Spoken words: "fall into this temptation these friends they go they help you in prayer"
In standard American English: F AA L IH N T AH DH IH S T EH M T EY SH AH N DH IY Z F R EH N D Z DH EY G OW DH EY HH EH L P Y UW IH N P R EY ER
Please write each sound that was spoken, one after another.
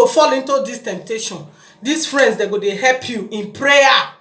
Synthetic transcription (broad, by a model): F AA L IH N T AH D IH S T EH M T EY SH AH N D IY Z F R EH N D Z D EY G OW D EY HH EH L P Y UW IH N P R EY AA